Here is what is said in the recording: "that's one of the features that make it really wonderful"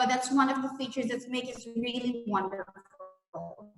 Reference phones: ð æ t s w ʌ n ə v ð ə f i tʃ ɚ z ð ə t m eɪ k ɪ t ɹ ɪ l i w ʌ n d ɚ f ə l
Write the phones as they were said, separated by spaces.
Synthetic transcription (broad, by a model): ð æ t s w ʌ n ə v ð ə f i tʃ ɚ z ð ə t m eɪ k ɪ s ɹ ɪ l i w ʌ n d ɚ f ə l